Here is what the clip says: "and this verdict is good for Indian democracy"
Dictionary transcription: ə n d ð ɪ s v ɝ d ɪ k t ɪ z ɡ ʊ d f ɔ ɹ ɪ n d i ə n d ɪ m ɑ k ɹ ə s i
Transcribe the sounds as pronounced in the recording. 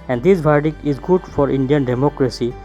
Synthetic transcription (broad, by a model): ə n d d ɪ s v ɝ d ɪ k ɪ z ɡ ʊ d f ɔ ɹ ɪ n d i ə n d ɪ m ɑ k ɹ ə s i